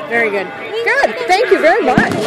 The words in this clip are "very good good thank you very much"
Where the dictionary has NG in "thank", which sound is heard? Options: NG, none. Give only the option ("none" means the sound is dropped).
NG